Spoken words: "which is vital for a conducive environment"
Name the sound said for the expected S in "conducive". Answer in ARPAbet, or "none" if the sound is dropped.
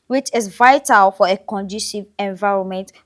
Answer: SH